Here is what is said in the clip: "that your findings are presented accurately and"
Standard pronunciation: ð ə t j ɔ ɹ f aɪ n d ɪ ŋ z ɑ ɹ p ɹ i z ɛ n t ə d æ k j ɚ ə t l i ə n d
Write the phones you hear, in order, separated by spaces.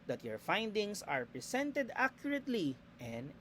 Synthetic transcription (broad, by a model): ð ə t j ɔ ɹ f aɪ n d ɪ ŋ s ɑ ɹ p ɹ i s ɛ n t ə d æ k j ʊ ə t l i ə n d